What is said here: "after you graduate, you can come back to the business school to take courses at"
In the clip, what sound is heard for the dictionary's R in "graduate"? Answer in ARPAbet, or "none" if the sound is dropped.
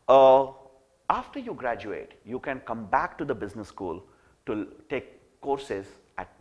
R